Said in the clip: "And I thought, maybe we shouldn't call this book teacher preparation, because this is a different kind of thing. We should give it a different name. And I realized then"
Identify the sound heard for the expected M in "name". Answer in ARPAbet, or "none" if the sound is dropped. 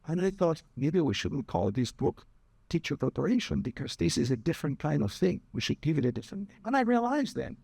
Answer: none